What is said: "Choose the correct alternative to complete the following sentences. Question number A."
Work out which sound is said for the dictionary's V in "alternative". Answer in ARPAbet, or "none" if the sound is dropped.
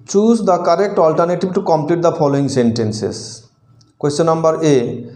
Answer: B